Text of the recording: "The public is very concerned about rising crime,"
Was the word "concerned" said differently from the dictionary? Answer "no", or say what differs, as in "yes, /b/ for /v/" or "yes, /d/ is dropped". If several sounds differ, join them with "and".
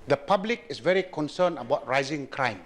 yes, /d/ is dropped